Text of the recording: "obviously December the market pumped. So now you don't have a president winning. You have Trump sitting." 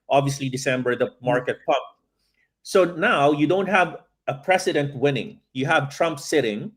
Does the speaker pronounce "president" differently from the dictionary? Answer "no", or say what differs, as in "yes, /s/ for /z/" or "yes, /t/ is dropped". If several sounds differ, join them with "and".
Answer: yes, /s/ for /z/